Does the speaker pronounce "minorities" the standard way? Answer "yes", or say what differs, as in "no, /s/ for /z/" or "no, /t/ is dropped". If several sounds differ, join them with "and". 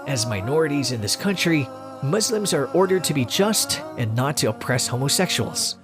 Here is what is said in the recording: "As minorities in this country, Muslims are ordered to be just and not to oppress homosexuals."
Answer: yes